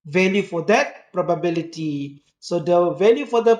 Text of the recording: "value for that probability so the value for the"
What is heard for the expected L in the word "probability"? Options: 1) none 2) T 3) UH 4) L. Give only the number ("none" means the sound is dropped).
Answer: 4